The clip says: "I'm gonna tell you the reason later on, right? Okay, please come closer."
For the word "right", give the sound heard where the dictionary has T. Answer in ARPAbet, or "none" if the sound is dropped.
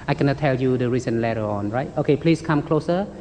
T